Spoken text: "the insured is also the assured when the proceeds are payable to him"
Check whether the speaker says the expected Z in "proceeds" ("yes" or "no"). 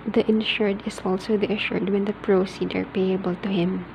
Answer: no